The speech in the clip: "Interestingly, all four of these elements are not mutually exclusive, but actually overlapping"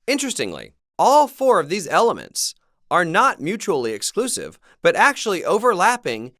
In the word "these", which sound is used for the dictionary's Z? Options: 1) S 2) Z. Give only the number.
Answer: 2